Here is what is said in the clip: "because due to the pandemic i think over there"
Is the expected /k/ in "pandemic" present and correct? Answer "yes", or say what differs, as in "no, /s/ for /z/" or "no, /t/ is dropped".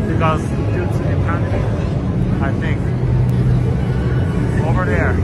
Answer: no, /k/ is dropped